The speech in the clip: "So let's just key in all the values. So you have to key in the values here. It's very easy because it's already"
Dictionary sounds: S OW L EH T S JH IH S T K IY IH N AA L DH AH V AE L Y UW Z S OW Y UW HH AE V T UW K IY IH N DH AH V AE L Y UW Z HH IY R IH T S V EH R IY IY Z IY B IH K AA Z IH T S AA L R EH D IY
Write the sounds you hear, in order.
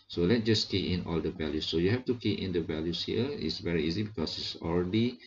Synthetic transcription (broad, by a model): S OW L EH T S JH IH S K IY IH N AA L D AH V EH L Y UW S OW Y UW HH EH F T UW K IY IH N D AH V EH L Y UW S HH IY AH IH T S V EH R IY IY Z IY B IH K AA S IH T S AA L R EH D IY